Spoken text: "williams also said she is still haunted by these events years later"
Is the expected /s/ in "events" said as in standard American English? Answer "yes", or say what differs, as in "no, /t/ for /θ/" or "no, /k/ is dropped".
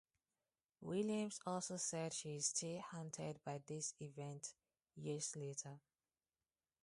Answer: no, /s/ is dropped